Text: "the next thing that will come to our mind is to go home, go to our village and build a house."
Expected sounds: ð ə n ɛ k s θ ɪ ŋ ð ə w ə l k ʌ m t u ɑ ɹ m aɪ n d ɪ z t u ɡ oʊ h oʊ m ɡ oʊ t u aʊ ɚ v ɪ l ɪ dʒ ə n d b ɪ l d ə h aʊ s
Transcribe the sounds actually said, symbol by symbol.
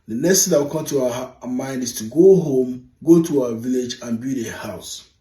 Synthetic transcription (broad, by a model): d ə n ɛ k s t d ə w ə k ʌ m t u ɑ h m aɪ n d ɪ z t u ɡ oʊ h oʊ m ɡ oʊ t u aʊ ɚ v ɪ l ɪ dʒ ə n b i d ə h aʊ s